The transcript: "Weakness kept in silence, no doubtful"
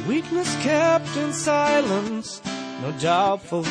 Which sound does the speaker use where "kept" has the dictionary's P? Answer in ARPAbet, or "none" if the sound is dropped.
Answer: P